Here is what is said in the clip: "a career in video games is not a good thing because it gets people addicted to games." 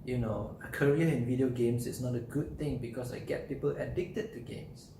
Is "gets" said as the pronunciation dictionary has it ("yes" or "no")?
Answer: no